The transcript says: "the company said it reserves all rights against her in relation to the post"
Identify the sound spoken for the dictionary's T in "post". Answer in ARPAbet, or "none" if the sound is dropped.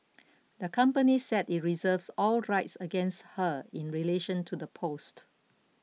T